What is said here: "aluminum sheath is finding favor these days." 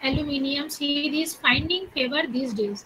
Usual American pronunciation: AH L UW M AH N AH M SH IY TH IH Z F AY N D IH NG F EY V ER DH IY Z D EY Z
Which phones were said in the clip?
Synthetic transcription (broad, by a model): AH L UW M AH N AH M S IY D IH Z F AY N D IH NG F EY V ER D IY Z D EY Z